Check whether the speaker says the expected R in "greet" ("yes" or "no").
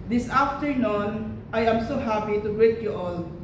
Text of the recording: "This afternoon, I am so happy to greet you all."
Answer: no